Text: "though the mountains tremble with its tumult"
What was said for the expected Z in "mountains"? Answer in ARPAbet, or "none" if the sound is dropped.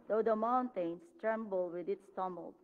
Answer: S